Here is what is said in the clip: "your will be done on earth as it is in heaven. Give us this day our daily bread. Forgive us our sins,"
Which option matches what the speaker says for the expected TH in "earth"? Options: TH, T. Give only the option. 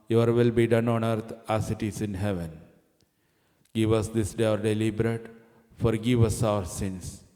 T